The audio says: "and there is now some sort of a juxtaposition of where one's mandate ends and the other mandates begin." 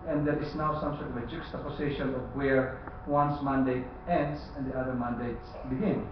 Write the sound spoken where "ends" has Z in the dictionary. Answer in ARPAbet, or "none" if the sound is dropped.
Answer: S